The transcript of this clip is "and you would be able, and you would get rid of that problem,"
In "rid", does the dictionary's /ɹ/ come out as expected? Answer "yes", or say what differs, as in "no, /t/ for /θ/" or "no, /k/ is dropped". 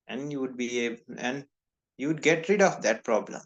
yes